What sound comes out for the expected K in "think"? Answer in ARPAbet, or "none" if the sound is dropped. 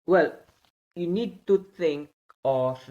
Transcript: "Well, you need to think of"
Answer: none